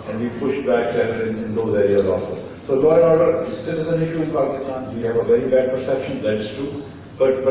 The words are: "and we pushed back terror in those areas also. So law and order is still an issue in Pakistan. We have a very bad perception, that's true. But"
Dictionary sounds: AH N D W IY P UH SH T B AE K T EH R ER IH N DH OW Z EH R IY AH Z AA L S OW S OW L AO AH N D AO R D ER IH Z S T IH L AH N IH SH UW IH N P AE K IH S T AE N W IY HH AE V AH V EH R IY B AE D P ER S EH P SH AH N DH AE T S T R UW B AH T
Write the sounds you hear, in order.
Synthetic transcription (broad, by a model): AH N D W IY P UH SH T B AE K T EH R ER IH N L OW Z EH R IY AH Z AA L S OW S OW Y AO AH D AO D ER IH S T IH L AH N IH SH UW IH N P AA K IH S T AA N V IY HH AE V AH V EH R IY B AE D P ER S EH P SH AH N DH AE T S T UW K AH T